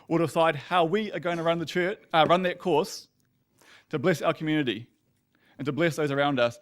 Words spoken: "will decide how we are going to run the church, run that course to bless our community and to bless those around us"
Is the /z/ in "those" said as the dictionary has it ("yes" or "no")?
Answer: yes